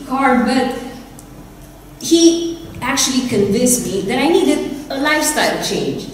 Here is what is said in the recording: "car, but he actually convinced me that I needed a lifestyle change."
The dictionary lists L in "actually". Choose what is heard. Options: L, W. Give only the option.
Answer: L